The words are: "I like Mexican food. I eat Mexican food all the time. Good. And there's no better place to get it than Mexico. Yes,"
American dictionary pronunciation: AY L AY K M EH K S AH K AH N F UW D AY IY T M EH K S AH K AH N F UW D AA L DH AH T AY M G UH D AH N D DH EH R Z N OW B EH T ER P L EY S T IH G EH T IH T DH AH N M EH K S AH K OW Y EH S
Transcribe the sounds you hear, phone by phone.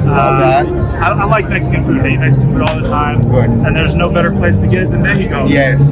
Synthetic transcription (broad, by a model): AY L AY K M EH K S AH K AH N F UW D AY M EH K S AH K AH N F UW D AA L DH AH T AY M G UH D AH N DH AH R Z N OW B EH T ER P L EY S T IH G EH T IH T DH AH N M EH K AH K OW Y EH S